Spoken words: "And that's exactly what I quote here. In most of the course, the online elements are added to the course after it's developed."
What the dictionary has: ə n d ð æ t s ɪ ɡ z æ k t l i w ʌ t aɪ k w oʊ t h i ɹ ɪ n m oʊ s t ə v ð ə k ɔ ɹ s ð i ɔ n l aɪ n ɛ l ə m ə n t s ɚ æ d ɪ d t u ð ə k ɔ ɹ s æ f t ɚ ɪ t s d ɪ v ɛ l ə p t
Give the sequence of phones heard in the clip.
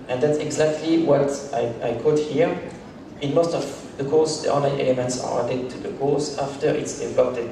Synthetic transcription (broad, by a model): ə n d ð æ t s ɪ ɡ z æ k t l i w ʌ t aɪ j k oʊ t h i ɹ ɪ n m oʊ s t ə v ð ə k ɔ ɹ s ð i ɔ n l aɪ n ɛ l ə m ə n t s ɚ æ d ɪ t u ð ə k ɔ ɹ s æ f t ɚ ɪ t s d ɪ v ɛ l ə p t